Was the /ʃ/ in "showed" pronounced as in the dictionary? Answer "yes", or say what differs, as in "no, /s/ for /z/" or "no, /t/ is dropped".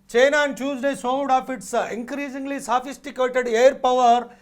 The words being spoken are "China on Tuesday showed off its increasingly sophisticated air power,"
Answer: no, /s/ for /ʃ/